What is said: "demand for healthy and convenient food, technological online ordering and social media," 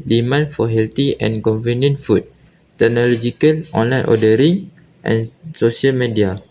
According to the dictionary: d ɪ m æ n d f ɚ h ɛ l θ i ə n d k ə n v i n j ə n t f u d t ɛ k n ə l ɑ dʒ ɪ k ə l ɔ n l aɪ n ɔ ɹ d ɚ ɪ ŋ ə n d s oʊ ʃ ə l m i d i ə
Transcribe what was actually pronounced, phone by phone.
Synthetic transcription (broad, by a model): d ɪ m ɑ n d f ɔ h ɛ l t i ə n k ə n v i n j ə n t f u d t ɛ k n ə l ɑ dʒ ɪ k ə l ɔ n l aɪ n ɔ d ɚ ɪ ŋ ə n s oʊ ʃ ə l m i d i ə